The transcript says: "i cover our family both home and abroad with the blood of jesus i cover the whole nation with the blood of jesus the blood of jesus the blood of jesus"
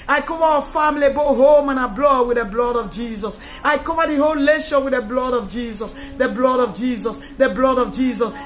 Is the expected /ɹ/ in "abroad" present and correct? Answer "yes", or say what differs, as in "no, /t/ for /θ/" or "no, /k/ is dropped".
no, /l/ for /ɹ/